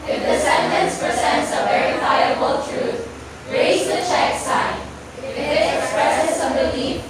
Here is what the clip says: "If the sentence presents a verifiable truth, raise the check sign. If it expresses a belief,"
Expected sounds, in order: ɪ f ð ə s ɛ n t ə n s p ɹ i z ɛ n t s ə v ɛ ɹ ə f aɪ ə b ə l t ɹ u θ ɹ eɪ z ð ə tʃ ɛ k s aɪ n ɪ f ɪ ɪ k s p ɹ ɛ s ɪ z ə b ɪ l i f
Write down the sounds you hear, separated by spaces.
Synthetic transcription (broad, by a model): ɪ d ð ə s ɛ n t ə n s p ɹ i z ɛ n t s ə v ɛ ɹ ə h aɪ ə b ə l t ɹ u t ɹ eɪ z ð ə tʃ ɛ k s aɪ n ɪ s ɪ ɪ k s p ɹ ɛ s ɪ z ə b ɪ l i